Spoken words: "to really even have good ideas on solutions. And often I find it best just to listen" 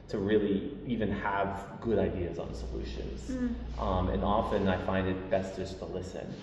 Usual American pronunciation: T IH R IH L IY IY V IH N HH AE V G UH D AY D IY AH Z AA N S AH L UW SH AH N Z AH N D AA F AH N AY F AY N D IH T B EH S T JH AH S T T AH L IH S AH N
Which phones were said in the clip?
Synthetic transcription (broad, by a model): T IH R IH L IY IY V IH N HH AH V G UH D AY D IY AH Z N S AH L UW SH AH N Z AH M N AA F AH N AY F AY N D IH T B EH S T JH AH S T T AH L IH S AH N